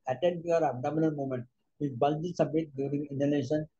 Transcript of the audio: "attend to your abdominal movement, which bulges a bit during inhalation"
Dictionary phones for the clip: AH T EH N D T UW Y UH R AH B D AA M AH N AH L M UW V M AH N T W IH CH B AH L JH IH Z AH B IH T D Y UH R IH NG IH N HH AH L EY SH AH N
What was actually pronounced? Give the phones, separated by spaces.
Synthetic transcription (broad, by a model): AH T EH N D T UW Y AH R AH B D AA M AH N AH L M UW M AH N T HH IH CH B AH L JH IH S AH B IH T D Y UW R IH NG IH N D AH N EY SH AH N